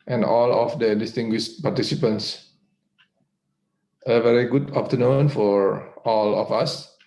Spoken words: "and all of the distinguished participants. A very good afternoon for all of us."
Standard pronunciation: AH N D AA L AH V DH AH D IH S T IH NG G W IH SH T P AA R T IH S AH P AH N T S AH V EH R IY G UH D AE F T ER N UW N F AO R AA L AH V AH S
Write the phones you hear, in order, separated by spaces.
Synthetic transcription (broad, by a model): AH N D AA L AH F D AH D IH S T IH NG G W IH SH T P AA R T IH S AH P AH N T S AH V EH R IY G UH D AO P T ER N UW N F AO R AA L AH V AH S